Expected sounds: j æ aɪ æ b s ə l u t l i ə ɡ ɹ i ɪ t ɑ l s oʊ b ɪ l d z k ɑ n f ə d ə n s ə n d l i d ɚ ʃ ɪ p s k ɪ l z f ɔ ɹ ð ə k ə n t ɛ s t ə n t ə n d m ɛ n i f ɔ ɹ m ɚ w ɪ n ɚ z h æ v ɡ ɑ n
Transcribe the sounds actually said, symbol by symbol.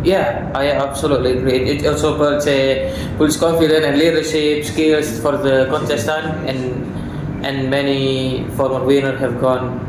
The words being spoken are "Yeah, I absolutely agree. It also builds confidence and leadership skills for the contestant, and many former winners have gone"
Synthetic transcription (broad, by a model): j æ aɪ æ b s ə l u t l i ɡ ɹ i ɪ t ɑ l s oʊ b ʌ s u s k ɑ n f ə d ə n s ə n l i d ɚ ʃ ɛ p s k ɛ l s f ɔ ɹ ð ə k ə n t ɛ s t ə n t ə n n m ɛ n i f ɔ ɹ m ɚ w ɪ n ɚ h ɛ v ɡ ɑ n